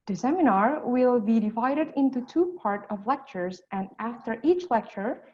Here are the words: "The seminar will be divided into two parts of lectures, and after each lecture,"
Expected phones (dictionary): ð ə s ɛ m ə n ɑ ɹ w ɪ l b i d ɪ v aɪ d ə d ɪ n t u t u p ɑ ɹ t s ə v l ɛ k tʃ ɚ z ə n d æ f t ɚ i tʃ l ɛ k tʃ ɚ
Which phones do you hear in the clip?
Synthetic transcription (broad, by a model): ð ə s ɛ m ə n ɑ ɹ w ɪ l b i d ɪ v aɪ d ə d ɪ n t u t u p ɑ ɹ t ə v l ɛ k tʃ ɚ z ə n d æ f t ɚ i tʃ l ɛ k tʃ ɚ